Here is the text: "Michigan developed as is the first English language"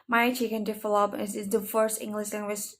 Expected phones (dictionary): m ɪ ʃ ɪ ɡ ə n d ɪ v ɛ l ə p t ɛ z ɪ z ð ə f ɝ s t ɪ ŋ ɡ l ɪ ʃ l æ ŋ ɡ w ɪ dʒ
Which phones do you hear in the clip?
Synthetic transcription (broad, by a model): m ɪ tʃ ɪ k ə n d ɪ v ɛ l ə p ɛ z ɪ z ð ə f ɝ s t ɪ ŋ ɡ l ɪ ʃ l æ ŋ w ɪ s